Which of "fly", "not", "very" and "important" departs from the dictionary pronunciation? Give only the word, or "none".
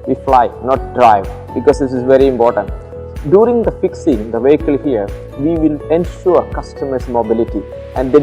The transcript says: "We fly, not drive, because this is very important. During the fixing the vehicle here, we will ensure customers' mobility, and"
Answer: none